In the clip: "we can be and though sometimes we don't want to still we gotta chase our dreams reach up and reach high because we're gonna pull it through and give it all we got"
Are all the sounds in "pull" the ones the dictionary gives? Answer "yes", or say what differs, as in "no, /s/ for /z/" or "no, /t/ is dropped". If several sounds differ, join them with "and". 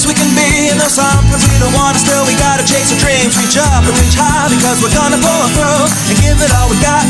no, /b/ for /p/